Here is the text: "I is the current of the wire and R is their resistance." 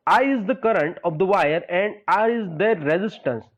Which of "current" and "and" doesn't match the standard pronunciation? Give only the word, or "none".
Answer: none